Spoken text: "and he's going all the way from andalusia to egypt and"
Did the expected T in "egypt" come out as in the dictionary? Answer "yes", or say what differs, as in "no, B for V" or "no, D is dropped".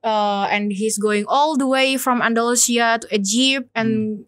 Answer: no, T is dropped